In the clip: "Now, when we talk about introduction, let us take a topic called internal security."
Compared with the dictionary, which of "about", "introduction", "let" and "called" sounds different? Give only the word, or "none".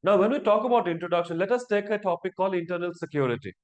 called